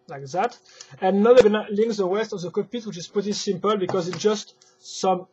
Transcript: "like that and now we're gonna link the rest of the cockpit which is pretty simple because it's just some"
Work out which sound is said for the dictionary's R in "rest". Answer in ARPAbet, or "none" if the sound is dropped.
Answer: W